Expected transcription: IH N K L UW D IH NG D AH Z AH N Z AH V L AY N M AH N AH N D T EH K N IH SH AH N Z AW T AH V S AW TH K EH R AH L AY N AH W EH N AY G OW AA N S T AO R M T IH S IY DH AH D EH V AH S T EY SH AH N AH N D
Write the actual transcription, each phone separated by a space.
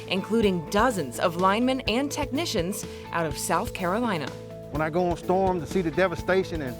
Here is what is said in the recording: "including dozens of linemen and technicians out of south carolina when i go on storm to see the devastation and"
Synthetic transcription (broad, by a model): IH N K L UW D IH NG D AH Z AH N Z AH V L AY N M AH N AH N T EH K N IH SH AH N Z AW T AH V S AW TH K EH R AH L AY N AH W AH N AY G OW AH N S T AO R M T IH S IY DH AH D EH V AH S T EY SH AH N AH N